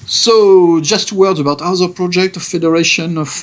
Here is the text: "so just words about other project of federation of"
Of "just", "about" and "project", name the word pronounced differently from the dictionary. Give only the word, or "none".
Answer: none